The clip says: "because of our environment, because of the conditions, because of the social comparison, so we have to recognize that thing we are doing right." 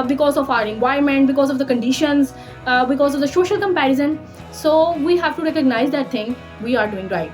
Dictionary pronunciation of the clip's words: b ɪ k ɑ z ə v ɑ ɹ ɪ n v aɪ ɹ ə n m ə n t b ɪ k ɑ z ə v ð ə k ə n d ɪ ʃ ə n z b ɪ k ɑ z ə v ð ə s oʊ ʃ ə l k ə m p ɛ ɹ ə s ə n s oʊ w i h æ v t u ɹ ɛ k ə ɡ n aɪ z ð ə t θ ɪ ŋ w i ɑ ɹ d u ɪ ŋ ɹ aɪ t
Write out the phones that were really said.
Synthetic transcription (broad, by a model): b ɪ k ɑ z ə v ɑ ɹ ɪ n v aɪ ə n m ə n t b ɪ k ɑ z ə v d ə k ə n d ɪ ʃ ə n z b ɪ k ɑ z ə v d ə s oʊ ʃ ə l k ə m p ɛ ɹ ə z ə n s oʊ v i h æ v t u ɹ ɛ k ə ɡ n aɪ z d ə t t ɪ ŋ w i ɑ ɹ d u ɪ ŋ ɹ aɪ t